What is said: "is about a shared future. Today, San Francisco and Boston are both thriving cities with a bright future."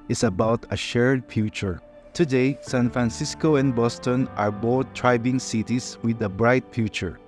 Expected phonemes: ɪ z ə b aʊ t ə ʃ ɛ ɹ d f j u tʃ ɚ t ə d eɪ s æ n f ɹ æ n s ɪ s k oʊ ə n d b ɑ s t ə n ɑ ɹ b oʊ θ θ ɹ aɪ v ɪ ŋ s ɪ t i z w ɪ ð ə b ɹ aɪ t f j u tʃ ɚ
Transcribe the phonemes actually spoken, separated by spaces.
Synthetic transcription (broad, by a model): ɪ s ə b aʊ t ə ʃ ɛ ɹ d f j u tʃ ɚ t ə d eɪ s æ n f ɹ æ n s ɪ s k oʊ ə n b ɑ s t ə n ɑ ɹ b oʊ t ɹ aɪ b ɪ ŋ s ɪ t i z w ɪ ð ə b ɹ aɪ t f j u tʃ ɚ